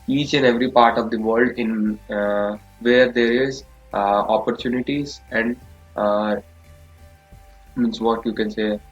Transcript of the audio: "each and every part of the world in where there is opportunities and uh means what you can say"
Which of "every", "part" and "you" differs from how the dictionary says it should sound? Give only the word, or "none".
none